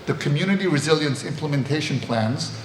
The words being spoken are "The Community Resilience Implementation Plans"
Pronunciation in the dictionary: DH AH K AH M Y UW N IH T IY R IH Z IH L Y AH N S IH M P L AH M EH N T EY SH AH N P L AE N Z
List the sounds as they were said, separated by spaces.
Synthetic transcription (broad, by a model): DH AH K AH M Y UW N IH T IY R IH Z IH L Y AH N S IH M P L AH M EH N T EY SH AH N P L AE N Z